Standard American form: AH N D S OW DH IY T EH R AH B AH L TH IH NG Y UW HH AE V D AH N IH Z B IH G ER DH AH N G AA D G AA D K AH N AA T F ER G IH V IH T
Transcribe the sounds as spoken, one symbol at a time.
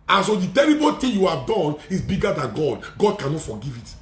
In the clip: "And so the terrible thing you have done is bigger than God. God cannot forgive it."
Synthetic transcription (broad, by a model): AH N S OW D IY T EH R AH B AH L T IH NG Y UW HH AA V D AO N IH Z B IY G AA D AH N G AA D G AA D K AH N AA T F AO G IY V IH T